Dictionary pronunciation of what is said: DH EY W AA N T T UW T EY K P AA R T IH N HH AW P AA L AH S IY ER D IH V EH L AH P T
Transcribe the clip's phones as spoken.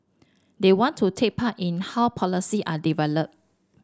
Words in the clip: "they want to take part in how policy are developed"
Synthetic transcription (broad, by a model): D EY W AA N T T UW T EY K P AA T IH N HH AW P AA L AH S IY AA D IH V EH L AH P